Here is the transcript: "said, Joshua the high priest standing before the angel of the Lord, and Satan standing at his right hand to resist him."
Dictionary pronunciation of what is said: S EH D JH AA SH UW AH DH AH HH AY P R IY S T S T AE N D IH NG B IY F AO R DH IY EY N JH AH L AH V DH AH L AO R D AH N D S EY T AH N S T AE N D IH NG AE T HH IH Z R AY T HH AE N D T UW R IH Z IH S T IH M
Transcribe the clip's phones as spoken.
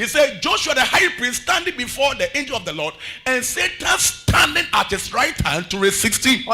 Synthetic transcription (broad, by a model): S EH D JH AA SH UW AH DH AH HH AY P R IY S S T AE N D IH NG B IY F AO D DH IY EY N JH AH L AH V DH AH L AO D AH N S EY T AH N S T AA N D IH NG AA T HH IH S R AY T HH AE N T UW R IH S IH S T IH